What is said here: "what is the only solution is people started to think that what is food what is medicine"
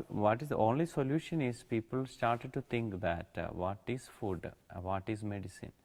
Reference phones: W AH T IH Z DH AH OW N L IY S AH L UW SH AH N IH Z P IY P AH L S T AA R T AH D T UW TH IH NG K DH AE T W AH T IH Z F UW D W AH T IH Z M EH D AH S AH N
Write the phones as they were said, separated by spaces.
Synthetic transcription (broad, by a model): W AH T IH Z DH OW N L IY S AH L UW SH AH N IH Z P IY P AH L S T AA R T AH D T UW T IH NG K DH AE T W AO T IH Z F UW D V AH T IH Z M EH D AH S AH N